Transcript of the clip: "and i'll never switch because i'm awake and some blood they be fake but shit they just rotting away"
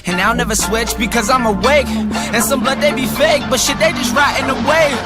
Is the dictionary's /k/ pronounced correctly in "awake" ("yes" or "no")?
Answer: yes